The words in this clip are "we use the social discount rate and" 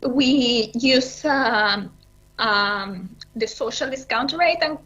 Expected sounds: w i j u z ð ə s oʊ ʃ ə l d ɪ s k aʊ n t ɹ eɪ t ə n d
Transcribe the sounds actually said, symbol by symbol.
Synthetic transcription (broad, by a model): w i j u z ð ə s oʊ ʃ ə l d ɪ s k aʊ n t ɹ eɪ t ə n